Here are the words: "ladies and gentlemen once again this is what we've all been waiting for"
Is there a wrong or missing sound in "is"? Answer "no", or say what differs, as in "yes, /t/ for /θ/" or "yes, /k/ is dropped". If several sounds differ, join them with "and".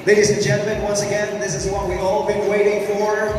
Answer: no